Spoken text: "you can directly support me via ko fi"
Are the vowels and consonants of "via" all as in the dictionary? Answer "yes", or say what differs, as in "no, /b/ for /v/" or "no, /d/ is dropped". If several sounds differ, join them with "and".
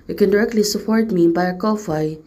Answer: no, /b/ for /v/